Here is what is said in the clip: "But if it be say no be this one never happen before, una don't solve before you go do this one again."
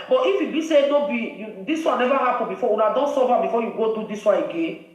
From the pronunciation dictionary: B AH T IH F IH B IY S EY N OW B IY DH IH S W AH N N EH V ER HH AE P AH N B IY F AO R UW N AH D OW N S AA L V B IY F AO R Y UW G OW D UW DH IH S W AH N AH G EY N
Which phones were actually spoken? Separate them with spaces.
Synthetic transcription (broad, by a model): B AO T IH F IH B IY S EY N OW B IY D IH S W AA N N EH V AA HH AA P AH B IY F AO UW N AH D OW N S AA V B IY F AO Y UW G OW D UW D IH S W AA AH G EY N